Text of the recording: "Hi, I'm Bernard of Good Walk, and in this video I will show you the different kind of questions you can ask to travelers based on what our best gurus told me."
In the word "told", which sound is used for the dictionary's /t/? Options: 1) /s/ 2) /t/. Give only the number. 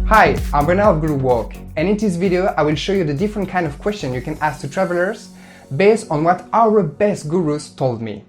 2